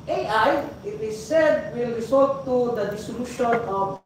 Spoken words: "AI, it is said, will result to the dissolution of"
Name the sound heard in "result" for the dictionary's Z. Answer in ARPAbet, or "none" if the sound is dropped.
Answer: S